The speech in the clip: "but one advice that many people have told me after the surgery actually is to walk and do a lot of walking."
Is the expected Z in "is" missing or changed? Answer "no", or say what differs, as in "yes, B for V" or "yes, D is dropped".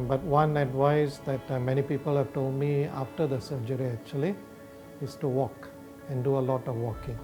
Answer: yes, S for Z